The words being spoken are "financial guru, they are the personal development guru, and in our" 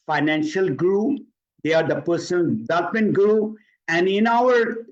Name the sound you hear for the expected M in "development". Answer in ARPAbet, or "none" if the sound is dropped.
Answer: none